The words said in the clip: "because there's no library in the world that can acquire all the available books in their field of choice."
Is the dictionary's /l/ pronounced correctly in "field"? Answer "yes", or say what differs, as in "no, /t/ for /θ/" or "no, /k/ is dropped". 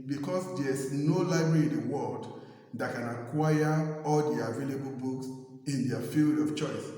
yes